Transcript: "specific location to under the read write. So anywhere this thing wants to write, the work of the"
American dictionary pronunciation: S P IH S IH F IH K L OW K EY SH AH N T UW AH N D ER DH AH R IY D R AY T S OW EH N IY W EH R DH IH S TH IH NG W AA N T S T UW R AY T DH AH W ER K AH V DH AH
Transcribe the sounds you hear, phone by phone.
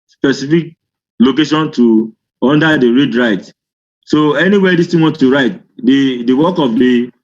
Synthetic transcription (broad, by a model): S P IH S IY F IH K L OW K EY SH AH N T UW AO N D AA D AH R IY D R AY T S OW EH N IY W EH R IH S T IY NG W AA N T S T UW R AY T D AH W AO K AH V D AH